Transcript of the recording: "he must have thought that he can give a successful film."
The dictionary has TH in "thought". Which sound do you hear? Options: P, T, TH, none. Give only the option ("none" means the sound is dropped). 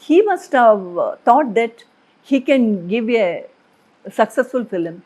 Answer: T